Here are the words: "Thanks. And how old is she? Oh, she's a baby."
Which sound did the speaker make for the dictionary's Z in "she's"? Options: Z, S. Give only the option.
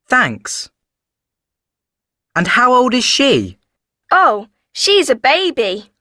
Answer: Z